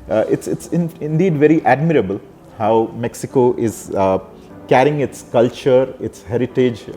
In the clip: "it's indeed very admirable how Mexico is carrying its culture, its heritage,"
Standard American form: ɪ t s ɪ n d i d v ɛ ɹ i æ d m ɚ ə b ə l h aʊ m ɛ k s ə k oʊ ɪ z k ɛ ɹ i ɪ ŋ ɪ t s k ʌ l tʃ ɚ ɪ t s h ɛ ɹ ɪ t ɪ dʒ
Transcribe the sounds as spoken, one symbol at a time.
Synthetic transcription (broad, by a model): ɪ t s ɪ n d i d v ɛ ɹ i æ d m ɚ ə b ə l h aʊ m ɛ k s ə k oʊ ɪ z k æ ɹ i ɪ ŋ ɪ t s k ʌ l tʃ ɚ ɪ t s h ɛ ɹ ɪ t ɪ dʒ